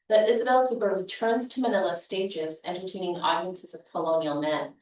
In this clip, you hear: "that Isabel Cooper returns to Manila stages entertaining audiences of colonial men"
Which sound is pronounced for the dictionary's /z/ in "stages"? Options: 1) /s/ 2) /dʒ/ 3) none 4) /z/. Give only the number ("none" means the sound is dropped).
4